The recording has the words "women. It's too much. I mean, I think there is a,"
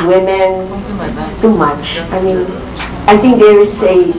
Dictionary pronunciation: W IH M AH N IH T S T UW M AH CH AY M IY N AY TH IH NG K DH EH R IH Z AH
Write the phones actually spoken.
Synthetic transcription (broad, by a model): W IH M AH N IH T S T UW M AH CH AY M IY N AY TH IH NG K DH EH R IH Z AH